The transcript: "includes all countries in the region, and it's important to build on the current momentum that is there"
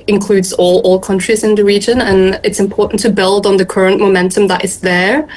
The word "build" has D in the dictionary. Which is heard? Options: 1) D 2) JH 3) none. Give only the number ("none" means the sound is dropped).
1